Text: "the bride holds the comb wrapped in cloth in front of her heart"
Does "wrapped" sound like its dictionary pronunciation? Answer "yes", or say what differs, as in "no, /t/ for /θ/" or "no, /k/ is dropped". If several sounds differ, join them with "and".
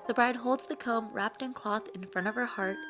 yes